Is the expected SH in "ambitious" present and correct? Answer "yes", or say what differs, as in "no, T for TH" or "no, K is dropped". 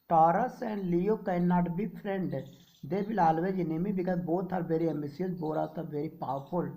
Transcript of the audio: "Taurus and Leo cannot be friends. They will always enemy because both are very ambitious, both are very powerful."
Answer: no, S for SH